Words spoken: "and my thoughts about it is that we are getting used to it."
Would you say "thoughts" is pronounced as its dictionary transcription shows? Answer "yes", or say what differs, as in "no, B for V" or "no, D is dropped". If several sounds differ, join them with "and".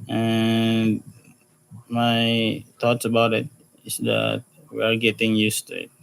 no, T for TH